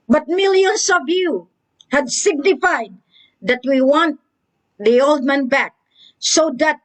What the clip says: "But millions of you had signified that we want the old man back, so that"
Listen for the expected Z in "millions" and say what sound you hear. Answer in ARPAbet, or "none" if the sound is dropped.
S